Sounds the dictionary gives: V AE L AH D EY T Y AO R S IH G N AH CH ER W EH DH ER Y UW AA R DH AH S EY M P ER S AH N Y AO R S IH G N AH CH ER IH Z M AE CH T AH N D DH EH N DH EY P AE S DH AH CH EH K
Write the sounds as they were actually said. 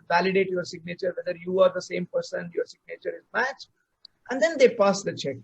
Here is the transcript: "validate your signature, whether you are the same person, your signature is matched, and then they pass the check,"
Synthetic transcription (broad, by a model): V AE L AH D EY T Y AO R S IH G N AH CH ER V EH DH ER Y UW AA R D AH S EY M P ER S AH N Y AO R S IH G N AH CH ER IH Z M AE CH T AH N D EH N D EY P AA S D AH CH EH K